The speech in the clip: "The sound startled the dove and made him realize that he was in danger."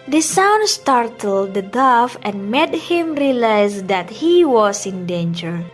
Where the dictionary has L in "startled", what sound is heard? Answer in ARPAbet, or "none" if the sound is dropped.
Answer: L